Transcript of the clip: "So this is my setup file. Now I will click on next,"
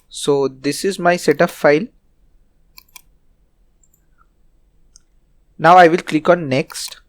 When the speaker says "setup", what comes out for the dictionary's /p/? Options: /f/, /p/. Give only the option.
/f/